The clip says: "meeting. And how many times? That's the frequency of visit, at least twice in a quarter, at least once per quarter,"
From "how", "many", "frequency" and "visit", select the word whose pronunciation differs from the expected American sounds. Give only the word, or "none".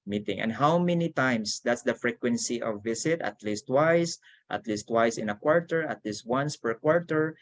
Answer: visit